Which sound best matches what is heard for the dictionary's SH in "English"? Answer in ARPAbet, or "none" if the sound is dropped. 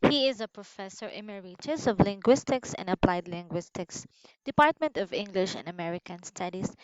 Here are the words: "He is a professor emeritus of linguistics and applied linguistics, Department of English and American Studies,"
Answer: SH